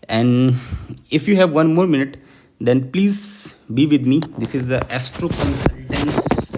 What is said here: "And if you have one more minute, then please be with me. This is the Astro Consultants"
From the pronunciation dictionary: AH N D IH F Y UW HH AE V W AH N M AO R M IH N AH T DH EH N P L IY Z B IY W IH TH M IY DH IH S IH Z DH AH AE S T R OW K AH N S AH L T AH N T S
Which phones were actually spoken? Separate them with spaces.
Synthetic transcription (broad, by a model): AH N D IH F Y UW HH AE V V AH N M AO R M IH N AH T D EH N P L IY Z B IY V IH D M IY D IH S IH Z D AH AE S T R OW K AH N S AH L T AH N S